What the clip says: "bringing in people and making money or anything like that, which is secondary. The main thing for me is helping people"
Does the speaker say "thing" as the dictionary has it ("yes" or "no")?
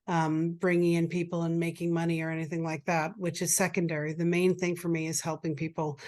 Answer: yes